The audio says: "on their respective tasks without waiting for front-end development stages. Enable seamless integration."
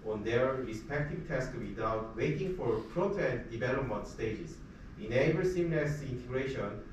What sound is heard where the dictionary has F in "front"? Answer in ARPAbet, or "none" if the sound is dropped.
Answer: P